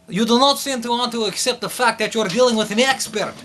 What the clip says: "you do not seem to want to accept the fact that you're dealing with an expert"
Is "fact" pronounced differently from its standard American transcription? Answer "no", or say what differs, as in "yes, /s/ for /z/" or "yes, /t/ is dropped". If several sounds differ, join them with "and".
no